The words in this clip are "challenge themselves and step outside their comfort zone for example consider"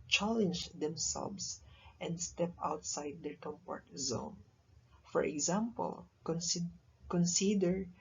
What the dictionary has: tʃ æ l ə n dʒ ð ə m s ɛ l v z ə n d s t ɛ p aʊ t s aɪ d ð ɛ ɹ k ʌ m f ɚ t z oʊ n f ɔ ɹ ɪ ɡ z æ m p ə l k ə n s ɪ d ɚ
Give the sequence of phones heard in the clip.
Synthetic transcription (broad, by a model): tʃ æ l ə n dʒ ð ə m s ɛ l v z ə n d s t ɛ p aʊ t s aɪ d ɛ ɹ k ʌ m p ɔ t z oʊ n f ɔ ɹ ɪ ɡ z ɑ m p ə l k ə n s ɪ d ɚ